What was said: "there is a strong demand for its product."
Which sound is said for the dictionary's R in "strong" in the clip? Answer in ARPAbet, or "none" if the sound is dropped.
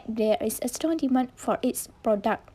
none